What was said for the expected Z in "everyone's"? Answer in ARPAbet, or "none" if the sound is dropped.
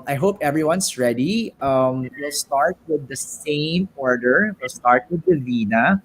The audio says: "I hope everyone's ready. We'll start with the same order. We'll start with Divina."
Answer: S